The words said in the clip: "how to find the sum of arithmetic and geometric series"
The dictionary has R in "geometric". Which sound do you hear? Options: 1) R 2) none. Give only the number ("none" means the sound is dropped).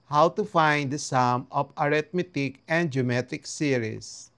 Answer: 2